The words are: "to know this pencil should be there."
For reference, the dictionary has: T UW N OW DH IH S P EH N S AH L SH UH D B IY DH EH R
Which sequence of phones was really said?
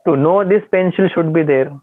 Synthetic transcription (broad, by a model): T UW N OW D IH S P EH N SH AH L SH UH D B IY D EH R